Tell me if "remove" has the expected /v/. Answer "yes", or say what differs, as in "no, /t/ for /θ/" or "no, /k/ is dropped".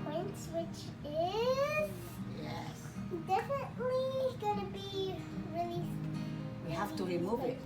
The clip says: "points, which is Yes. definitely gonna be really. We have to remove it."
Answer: yes